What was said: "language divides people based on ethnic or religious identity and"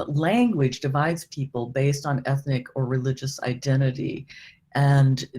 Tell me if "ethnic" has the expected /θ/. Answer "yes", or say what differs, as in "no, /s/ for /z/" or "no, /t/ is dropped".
yes